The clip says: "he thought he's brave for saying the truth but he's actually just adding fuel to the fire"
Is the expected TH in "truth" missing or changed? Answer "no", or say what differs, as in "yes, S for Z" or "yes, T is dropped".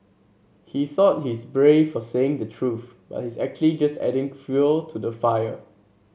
no